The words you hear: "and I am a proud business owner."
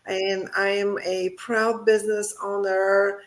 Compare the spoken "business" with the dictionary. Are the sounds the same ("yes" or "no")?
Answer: yes